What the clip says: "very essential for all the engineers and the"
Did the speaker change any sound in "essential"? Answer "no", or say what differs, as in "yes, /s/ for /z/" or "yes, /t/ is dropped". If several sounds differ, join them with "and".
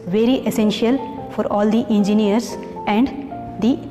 no